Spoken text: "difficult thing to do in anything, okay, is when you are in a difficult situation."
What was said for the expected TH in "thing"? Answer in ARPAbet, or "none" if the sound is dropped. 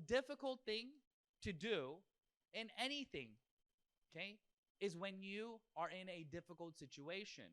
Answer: TH